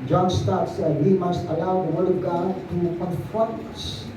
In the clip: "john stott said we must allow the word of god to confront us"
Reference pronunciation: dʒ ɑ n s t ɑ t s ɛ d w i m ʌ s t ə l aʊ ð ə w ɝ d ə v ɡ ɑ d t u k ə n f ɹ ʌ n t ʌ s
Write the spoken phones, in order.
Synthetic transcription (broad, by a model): dʒ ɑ n s t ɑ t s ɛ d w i m ʌ s t ə l aʊ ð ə w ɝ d ə v ɡ ɑ d t u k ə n f ʌ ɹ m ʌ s